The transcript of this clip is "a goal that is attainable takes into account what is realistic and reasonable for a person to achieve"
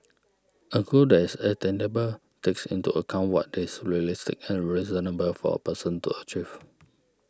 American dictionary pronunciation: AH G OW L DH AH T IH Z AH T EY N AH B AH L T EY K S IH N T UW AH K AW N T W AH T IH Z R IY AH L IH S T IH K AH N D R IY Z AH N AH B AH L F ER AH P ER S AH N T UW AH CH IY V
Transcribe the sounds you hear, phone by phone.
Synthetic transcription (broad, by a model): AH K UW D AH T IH S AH T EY N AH B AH L T EY K S IH N T UW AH K AW N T W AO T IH S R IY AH L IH S T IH K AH N R IY Z AH N AH B AH L F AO AH P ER S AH N T UW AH CH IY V